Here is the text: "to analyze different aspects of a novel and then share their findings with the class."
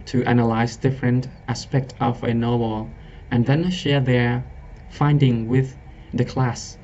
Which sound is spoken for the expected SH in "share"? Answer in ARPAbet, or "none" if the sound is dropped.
SH